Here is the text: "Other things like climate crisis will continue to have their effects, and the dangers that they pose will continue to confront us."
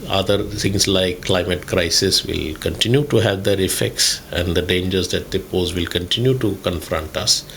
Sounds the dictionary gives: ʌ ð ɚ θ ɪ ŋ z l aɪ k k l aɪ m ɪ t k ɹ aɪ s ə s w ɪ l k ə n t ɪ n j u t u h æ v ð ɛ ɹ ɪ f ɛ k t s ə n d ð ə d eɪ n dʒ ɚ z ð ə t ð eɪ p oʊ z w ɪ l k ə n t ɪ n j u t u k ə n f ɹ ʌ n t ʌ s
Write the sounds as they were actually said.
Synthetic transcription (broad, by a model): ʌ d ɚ t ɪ ŋ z l aɪ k k l aɪ m ɪ t k ɹ aɪ s ə s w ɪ l k ə n t ɪ n j u t u h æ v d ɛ ɹ ɪ f ɛ k t s ə n d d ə d eɪ n dʒ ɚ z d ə t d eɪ p oʊ z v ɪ l k ə n t ɪ n j u t u k ə n f ɹ ʌ n t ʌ s